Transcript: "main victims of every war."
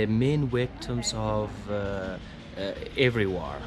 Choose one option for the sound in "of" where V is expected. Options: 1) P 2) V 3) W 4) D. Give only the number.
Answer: 2